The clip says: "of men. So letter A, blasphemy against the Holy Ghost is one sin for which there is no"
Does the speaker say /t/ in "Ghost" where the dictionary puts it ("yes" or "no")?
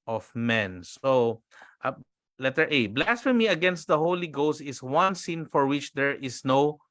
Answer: yes